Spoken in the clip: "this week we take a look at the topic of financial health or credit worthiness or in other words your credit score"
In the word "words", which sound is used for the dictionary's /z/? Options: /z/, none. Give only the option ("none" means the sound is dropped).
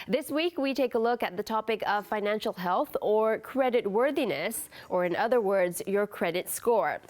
/z/